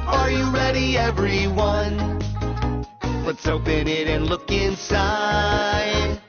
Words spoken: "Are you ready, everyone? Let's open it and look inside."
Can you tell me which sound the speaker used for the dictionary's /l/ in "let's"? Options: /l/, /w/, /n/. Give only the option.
/w/